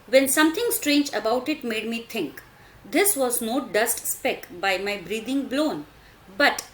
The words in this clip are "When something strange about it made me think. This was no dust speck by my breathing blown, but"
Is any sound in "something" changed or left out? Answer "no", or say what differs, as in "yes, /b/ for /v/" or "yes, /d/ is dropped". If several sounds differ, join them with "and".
yes, /t/ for /θ/